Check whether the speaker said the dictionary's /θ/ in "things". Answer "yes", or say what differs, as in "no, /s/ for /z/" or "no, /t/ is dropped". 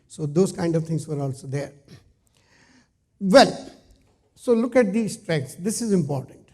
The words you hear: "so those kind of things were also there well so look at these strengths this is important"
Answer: no, /t/ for /θ/